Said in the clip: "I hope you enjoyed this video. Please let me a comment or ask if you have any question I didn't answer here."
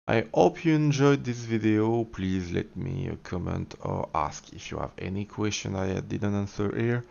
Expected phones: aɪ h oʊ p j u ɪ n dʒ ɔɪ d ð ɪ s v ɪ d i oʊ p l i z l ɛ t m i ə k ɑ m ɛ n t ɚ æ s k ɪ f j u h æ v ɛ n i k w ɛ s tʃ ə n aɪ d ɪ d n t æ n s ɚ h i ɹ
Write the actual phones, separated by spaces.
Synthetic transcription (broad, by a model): aɪ h oʊ p j u ɪ n dʒ ɔɪ d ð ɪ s v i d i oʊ p l i z l ɛ t m i ə k ɑ m ɛ n t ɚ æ s k ɪ f j u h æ v ɛ n i k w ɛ s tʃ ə n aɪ d ɪ d n t æ n s ɚ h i ɹ